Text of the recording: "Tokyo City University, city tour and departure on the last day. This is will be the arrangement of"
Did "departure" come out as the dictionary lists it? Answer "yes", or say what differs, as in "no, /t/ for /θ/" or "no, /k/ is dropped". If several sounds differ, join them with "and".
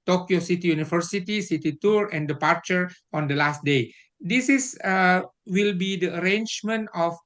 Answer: yes